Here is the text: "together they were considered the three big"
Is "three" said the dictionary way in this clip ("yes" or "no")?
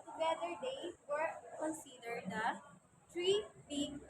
no